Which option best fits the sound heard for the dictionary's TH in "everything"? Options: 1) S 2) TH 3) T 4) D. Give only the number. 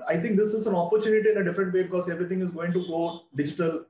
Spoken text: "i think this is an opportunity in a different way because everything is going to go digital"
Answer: 3